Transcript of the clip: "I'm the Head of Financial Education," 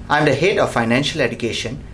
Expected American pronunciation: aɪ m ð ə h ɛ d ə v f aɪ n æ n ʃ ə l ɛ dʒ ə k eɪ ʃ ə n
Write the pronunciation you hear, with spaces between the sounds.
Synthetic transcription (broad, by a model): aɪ m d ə h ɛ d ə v f aɪ n æ n ʃ ə l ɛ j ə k eɪ ʃ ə n